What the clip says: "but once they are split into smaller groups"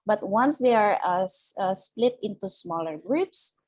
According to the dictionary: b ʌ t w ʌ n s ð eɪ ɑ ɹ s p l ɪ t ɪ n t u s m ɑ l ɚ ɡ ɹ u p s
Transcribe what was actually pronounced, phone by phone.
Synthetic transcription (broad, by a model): b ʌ t w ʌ n s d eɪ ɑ ɹ s p l ɪ t ɪ n t u s m ɑ l ɚ ɡ ɹ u p s